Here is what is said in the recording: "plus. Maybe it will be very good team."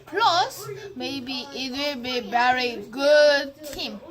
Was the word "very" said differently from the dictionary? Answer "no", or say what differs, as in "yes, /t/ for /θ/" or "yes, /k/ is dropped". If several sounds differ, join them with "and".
yes, /b/ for /v/